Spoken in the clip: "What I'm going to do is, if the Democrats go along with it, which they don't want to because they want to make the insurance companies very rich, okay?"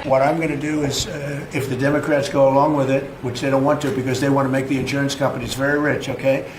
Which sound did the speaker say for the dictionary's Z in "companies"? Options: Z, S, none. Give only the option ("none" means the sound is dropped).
Z